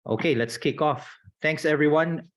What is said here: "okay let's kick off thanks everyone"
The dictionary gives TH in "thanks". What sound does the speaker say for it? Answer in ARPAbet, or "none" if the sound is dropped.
T